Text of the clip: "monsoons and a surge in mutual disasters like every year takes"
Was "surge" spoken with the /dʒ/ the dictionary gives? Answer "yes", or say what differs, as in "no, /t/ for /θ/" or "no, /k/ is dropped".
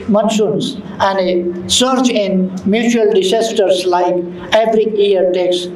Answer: no, /tʃ/ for /dʒ/